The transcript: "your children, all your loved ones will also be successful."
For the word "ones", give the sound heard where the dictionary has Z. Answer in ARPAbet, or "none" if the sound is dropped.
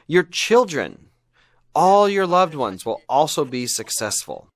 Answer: Z